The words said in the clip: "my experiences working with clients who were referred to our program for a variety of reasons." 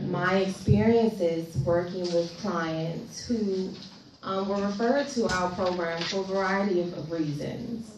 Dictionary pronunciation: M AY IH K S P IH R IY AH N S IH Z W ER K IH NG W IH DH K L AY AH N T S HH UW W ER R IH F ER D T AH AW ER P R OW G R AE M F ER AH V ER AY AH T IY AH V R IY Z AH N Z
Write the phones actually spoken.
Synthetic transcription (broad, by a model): M AY IH K S P IH R IY AH N S IH Z W ER K IH NG W IH DH K L AY AH N T S HH UW W ER R IH F ER D T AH AW ER P R OW G R AE M F ER V ER AY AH T IY AH V R IY Z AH N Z